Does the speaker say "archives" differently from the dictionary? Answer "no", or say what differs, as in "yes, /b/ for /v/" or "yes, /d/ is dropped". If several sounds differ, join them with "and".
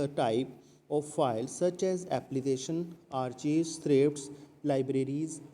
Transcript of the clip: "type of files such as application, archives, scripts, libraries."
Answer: yes, /v/ is dropped